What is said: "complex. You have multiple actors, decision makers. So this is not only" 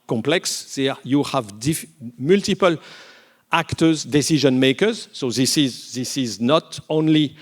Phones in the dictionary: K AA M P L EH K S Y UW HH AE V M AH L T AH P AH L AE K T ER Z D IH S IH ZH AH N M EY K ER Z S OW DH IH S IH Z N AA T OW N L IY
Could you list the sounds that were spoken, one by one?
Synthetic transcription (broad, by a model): K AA M P L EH K S Y UW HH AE V M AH L T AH P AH L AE K T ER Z D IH S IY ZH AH N M EY K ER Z S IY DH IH S IH Z N AA T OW N L IY